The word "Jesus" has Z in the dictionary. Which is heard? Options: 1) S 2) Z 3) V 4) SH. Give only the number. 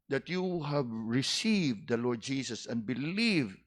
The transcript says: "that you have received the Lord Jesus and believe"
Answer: 1